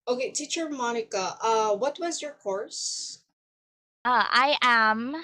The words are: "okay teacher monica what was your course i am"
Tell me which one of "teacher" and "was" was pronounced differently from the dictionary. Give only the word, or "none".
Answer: none